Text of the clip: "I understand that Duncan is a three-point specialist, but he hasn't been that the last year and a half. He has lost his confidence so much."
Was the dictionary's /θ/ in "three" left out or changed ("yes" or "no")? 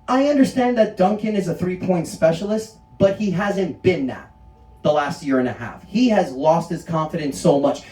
no